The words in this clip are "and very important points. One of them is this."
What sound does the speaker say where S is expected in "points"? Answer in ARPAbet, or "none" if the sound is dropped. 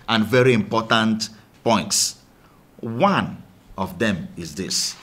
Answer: S